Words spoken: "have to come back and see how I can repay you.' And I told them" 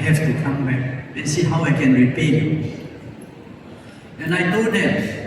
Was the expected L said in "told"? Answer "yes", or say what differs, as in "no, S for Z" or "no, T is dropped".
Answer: no, L is dropped